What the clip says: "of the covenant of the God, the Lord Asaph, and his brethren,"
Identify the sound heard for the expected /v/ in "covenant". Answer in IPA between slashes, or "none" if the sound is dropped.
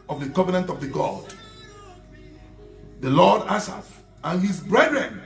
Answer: /v/